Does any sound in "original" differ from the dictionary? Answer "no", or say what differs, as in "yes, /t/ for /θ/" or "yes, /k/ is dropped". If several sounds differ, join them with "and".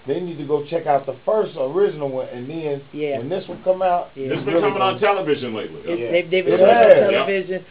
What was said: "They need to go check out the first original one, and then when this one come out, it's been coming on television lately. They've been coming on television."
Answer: yes, /n/ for /l/